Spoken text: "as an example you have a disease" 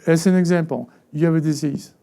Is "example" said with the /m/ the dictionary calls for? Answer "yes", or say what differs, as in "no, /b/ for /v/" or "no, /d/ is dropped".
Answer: no, /m/ is dropped